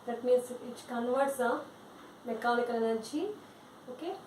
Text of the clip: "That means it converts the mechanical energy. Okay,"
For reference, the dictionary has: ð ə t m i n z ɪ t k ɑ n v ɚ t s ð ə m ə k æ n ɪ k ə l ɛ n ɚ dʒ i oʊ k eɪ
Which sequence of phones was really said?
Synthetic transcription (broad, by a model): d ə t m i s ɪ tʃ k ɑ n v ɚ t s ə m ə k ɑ l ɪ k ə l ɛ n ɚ tʃ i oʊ k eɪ